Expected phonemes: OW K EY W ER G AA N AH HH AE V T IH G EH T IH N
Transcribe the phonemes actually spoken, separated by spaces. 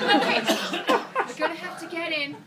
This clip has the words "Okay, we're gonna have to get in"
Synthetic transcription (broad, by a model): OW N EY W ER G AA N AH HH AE F T IH G EH T IH N